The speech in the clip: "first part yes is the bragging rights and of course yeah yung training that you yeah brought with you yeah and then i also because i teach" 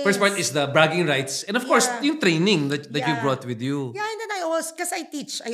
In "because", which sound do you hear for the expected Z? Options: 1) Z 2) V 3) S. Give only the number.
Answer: 3